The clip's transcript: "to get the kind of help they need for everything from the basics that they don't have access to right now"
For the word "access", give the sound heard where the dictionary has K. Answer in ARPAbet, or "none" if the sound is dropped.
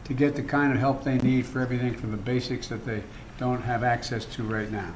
K